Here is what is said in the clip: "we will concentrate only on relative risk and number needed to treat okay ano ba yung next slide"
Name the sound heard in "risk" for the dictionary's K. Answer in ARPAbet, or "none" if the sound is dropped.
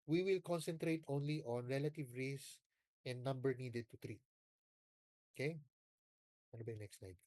none